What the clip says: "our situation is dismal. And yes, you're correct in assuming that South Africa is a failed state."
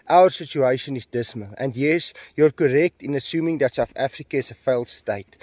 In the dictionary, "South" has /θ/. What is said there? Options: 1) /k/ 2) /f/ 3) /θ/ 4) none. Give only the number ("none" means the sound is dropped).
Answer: 2